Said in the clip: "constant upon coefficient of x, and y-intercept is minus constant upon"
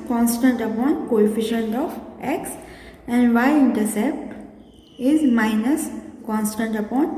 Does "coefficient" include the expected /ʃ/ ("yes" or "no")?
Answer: yes